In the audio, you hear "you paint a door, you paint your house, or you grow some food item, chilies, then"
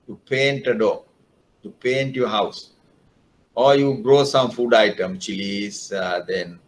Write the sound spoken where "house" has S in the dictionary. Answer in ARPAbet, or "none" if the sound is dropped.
S